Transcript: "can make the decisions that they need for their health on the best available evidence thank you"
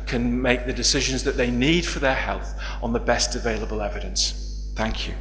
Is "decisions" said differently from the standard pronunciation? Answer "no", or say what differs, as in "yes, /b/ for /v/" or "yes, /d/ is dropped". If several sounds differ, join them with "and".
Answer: no